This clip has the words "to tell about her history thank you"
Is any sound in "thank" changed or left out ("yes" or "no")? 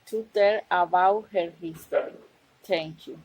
yes